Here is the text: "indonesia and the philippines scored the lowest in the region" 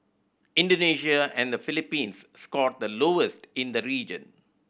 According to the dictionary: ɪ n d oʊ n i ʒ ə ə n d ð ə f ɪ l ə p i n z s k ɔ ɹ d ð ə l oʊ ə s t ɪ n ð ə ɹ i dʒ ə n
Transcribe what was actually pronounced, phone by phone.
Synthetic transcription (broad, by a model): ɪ n d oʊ n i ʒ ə ə n d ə f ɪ l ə p i n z s k ɔ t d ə l oʊ ə s t ɪ n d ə ɹ i dʒ ə n